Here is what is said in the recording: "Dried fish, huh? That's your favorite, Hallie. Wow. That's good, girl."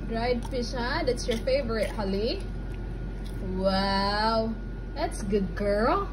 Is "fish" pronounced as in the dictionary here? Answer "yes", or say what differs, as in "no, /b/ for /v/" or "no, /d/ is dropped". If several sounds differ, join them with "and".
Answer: no, /p/ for /f/